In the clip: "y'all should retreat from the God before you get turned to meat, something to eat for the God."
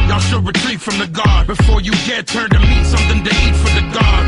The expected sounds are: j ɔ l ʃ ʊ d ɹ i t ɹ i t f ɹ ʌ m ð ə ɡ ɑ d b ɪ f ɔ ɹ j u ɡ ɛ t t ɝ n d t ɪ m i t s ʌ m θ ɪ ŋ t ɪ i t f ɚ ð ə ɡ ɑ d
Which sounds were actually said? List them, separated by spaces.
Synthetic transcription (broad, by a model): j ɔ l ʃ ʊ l ɹ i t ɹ i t f ɹ ʌ m ð ə ɡ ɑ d b ɪ f ɔ ɹ j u ɡ ɛ t t ɝ n t ɪ m i t s ʌ m θ ɪ ŋ t ɪ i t f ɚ ð ə ɡ ɑ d